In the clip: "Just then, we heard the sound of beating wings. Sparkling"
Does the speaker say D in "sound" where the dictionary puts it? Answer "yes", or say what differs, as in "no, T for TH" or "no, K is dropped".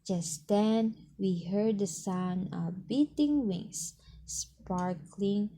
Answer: no, D is dropped